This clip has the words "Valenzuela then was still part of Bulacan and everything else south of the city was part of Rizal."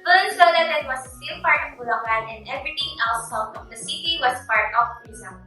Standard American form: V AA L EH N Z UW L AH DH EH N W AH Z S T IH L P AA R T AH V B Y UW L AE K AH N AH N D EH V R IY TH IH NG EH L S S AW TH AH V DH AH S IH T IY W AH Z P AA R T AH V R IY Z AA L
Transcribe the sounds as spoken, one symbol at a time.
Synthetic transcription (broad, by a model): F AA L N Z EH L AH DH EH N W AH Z S T IH L P AA R T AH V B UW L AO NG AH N AH N D EH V R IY T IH NG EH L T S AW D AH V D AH S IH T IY W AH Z P AA R T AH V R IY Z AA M